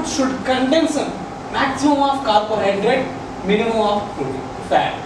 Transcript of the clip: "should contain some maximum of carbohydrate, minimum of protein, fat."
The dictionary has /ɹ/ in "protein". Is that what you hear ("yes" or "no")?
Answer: no